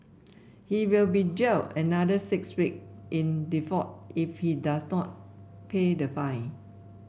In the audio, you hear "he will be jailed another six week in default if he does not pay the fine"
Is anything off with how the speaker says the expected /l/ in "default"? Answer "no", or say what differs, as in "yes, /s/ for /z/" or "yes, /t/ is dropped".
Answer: yes, /l/ is dropped